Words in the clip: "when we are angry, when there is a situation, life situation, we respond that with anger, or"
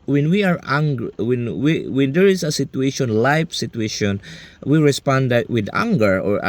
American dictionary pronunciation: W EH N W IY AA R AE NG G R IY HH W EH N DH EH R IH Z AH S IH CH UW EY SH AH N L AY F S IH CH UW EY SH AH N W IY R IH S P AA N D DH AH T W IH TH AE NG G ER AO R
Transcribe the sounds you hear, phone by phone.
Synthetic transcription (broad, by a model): W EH N W IY AA R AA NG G W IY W W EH N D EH R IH S AH S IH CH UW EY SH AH N L AY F S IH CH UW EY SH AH N W IY R IH S P AA N D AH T W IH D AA NG G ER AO R